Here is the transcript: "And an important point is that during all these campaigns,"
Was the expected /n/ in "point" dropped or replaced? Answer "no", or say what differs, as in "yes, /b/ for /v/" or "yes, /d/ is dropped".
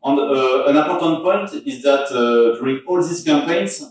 no